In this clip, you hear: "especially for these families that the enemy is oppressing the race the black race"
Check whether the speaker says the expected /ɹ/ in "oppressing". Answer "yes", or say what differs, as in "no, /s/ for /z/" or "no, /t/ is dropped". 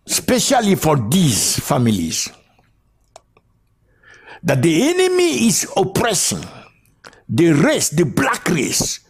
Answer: yes